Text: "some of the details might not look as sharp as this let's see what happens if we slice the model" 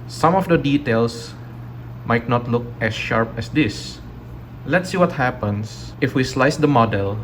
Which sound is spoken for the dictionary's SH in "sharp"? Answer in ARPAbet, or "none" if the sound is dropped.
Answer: SH